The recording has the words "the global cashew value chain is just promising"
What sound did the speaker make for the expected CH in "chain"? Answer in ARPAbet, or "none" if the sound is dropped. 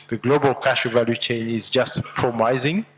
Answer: CH